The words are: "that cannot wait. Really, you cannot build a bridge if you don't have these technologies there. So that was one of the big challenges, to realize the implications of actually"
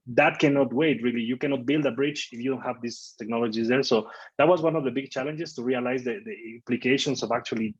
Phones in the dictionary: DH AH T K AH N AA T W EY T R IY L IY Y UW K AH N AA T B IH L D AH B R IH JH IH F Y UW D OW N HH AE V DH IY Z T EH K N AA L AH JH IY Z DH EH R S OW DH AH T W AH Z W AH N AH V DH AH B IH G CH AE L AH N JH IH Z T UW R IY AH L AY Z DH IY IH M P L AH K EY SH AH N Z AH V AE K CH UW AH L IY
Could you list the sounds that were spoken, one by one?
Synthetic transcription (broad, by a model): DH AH T K AH N AA T W EY T R IY L IY Y UW K AH N AA T B IH L D AH B R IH CH IH F Y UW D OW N HH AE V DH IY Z T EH K N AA L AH JH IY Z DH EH R S OW DH AH T W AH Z W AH N AH V DH AH B IH G CH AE L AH N JH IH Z T UW R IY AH L AY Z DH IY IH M P L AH K EY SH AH N S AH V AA K CH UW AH L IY